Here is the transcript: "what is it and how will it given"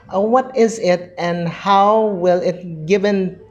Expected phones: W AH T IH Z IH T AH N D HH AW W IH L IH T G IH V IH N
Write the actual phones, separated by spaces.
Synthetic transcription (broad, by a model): W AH T IH Z IH T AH N HH AW W IH L IH T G IH V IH N